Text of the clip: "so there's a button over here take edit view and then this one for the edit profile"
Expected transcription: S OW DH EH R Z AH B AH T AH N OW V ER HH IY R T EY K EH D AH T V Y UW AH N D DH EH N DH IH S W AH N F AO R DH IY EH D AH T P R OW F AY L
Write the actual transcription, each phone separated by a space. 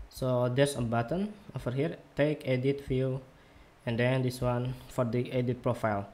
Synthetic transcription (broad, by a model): S OW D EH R S AH B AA T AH N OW F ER HH IY R T EY K EH D AH T F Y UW AH N D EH N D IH S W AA N F AO R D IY EH D AH T P R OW F AY L